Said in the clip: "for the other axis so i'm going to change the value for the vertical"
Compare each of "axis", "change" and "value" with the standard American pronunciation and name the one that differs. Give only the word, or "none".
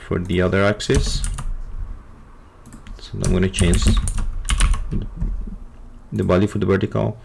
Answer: value